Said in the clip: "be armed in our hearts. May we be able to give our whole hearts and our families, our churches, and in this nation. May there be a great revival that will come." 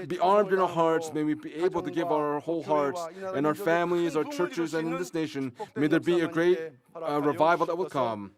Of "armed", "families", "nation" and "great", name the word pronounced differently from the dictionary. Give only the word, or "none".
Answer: none